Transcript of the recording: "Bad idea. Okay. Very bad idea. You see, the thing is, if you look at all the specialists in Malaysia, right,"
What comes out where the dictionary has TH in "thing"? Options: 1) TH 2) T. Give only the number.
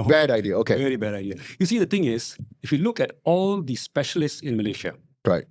2